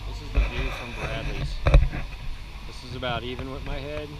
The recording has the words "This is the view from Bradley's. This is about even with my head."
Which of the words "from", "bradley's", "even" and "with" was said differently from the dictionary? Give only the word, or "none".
bradley's